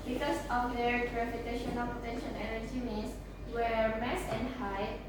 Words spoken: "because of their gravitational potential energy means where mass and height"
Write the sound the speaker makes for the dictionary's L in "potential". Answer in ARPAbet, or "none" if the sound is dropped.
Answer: N